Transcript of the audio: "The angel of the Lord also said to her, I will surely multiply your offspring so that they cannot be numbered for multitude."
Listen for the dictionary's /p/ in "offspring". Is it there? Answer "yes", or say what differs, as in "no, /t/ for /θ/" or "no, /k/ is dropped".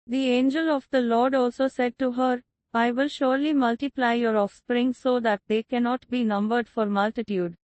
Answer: yes